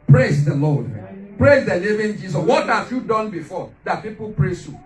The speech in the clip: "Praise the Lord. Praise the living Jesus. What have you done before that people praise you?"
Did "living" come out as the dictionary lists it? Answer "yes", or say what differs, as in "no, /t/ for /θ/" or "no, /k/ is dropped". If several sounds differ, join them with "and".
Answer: no, /n/ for /l/